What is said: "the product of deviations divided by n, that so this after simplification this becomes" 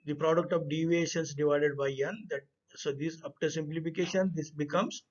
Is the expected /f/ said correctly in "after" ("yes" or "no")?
no